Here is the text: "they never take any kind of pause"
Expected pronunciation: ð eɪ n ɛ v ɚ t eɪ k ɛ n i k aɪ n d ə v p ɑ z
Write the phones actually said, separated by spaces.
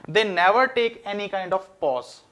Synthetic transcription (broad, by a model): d eɪ n ɛ v ɚ t eɪ k ɛ n i k aɪ n d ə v p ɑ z